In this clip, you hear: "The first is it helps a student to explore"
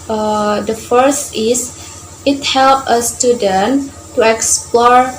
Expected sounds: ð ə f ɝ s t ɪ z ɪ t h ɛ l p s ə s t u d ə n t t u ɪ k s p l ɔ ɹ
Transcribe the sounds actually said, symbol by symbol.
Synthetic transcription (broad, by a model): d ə f ɝ s t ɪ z ɪ t h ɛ l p ə s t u d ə n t t u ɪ k s p l ɔ ɹ